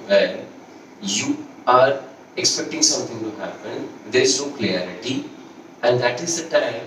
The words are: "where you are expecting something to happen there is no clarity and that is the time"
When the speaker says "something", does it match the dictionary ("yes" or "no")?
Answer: no